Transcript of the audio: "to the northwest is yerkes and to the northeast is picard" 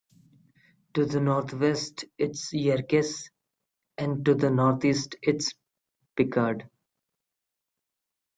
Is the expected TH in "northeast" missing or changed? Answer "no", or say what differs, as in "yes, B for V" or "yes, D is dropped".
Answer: yes, T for TH